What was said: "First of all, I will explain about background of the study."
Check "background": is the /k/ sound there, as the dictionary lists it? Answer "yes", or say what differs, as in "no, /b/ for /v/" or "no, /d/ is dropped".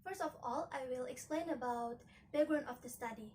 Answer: no, /k/ is dropped